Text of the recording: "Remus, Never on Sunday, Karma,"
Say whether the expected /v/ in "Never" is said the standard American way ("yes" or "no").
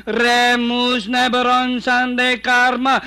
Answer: no